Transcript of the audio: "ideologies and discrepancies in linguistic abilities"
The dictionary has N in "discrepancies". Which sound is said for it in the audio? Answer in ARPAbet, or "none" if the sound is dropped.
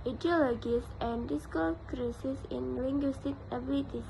none